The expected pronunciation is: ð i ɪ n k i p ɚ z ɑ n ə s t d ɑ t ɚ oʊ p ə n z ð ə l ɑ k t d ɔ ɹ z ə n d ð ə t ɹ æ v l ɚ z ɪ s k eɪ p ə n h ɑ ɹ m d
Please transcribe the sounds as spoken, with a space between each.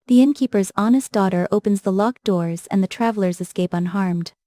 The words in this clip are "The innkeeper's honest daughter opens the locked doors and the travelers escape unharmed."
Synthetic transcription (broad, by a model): ð i ɪ n k i p ɚ z ɑ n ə s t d ɑ t ɚ oʊ p ə n z ð ə l ɑ k d ɔ ɹ z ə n ð ə t ɹ æ v l ɚ z ɪ s k eɪ p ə n h ɑ ɹ m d